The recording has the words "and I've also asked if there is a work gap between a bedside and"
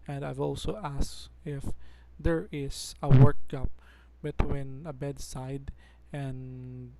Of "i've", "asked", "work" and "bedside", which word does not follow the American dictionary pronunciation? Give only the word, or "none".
asked